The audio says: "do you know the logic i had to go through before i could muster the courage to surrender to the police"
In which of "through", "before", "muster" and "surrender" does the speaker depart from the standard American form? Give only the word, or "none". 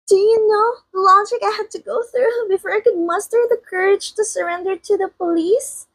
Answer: none